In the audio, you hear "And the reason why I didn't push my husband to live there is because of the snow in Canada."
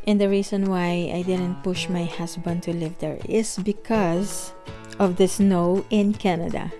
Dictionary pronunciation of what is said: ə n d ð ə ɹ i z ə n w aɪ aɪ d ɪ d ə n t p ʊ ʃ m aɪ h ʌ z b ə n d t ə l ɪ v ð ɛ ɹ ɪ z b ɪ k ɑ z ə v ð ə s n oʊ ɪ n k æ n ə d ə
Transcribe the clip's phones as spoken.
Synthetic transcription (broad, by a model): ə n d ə ɹ i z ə n w aɪ aɪ d ɪ d ə n t p ʊ ʃ m aɪ h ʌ s b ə n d t ə l ɪ v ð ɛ ɹ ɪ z b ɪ k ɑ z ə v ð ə s n oʊ ɪ n k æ n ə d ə